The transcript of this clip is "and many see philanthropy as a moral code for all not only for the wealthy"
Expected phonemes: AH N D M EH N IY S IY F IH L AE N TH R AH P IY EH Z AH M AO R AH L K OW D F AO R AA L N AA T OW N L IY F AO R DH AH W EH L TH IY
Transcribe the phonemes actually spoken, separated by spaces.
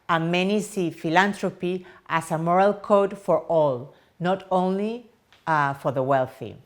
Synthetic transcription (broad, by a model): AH M EH N IY S IY F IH L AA N T R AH P IY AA S AH M AO R AH L K OW D F AO R AA L N AA T OW N L IY F AO R DH AH W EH L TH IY